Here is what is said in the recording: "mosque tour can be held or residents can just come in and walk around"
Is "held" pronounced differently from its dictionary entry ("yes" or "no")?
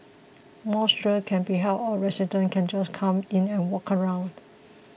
yes